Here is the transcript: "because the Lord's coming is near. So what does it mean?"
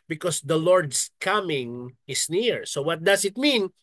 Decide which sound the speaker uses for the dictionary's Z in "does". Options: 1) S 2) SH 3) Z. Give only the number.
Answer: 1